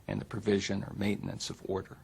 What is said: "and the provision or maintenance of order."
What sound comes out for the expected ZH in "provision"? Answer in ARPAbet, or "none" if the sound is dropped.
ZH